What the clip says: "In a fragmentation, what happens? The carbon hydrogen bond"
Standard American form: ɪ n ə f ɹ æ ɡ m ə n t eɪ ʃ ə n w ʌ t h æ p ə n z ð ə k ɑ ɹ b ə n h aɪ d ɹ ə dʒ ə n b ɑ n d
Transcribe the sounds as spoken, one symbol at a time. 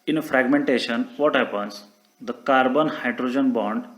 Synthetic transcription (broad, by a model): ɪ n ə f ɹ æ ɡ m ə n t eɪ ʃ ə n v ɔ t h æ p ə n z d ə k ɑ ɹ b ə n h aɪ d ɹ ə dʒ ə n b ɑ n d